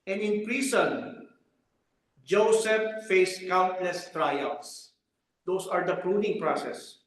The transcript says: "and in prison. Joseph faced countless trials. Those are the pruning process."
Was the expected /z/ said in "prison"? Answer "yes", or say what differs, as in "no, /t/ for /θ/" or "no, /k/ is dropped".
no, /s/ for /z/